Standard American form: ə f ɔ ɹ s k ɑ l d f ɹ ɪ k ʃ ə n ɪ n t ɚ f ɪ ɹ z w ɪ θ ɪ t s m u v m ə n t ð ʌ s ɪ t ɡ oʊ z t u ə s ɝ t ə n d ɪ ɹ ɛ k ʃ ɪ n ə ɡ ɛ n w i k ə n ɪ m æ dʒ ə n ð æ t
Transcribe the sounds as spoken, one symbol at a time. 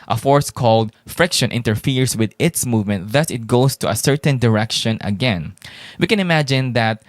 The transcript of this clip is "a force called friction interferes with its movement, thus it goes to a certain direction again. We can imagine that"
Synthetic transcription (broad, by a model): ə f ɔ ɹ s k ɑ l d f ɹ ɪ k ʃ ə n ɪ n t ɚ f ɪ ɹ s w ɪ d ɪ t s m u v m ə n t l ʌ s ɪ t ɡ oʊ s t u ə s ɝ t ə n d ɪ ɹ ɛ k ʃ ɪ n ə ɡ ɛ n w i k ə n ɪ m æ dʒ ə n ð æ t